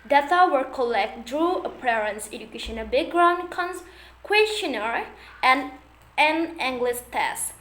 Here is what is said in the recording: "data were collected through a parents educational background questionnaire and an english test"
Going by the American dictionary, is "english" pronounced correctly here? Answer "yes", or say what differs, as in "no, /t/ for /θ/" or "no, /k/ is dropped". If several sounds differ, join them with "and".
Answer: no, /s/ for /ʃ/